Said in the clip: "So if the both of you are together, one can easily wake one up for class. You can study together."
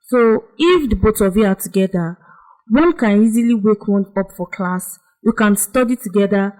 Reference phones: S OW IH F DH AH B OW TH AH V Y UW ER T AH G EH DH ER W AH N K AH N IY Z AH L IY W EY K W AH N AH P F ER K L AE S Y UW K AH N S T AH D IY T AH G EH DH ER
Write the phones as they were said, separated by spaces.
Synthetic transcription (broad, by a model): S OW IH F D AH B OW T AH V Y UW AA T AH G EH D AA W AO N K AH N IY Z AH L IY W EY K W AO N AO P F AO K L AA S Y UW K AH N S T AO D IY T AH G EH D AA